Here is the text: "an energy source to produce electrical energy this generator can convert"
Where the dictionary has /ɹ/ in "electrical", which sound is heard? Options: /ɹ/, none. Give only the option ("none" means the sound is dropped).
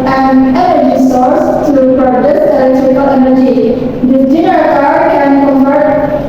none